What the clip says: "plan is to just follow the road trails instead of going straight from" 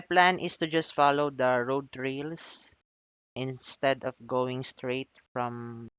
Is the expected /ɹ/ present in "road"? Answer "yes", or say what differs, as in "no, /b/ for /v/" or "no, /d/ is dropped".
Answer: yes